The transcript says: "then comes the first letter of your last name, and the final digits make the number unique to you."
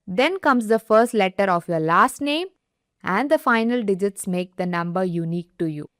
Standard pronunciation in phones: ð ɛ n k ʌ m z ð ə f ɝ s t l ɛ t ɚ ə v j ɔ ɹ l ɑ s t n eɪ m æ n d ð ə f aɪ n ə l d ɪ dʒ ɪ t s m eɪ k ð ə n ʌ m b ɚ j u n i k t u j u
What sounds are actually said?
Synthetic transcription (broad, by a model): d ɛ n k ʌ m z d ə f ɝ s t l ɛ t ɚ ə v j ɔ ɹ l ɑ s t n eɪ m æ n d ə f aɪ n ə l d ɪ dʒ ɪ t s m eɪ k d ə n ʌ m b ɚ j u n i k t u j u